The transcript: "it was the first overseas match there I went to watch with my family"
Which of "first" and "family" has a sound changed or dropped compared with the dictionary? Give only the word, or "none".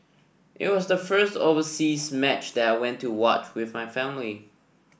none